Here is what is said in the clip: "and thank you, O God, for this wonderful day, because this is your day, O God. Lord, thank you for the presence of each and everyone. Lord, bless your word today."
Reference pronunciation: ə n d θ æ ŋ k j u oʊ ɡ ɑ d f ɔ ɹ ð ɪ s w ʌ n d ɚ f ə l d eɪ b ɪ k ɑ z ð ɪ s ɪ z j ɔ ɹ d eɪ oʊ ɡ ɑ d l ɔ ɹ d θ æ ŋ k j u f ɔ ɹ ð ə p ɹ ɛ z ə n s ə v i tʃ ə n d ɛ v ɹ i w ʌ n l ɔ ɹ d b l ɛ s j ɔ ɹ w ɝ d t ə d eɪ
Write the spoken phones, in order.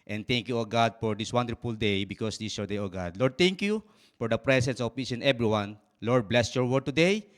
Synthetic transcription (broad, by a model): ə n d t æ ŋ k j u oʊ ɡ ɑ d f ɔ ɹ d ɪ s w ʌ n d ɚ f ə l d eɪ b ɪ k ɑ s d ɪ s j ɔ ɹ d eɪ oʊ ɡ ɑ d l ɔ ɹ d t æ ŋ k j u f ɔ ɹ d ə p ɹ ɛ s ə n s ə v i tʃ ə n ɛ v ɹ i w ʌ n l ɔ ɹ d b l ɛ s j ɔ ɹ w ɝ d t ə d eɪ